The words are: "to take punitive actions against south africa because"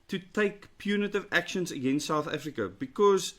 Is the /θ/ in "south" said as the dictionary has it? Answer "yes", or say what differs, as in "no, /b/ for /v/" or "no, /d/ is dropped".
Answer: yes